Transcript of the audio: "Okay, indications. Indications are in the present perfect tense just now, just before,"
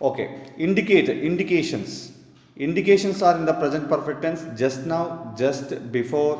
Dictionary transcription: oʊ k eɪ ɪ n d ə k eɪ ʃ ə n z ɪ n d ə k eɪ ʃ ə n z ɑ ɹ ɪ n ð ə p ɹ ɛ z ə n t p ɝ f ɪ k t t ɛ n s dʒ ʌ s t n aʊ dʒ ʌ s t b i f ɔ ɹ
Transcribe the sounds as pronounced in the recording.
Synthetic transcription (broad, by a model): oʊ k eɪ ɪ n d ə k eɪ ʃ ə n s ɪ n d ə k eɪ ʃ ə n s ɑ ɹ ɪ n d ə p ɹ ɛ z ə n t p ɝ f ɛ k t t ɛ n s dʒ ʌ s t n aʊ dʒ ʌ s t b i f ɔ ɹ